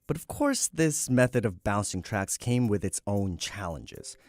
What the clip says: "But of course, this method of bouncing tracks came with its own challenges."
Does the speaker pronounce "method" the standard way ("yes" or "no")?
yes